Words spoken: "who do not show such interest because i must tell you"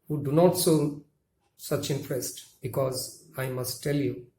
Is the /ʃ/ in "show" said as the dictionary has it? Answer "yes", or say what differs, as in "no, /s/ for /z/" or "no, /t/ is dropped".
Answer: no, /s/ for /ʃ/